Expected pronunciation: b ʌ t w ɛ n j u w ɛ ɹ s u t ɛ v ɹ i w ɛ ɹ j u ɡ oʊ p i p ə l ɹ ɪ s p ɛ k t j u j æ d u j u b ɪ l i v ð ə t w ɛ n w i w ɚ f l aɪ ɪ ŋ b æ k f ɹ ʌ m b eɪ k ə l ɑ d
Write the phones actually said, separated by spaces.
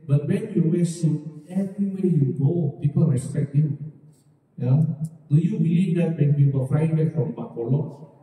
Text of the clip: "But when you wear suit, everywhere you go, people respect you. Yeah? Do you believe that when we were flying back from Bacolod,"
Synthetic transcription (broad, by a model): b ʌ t w ɛ n j u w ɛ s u ɛ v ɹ i w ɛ j u ɡ oʊ p i p ə l ɹ ɪ s p ɛ k t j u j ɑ d u j u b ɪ l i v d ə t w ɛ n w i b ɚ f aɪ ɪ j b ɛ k f ɹ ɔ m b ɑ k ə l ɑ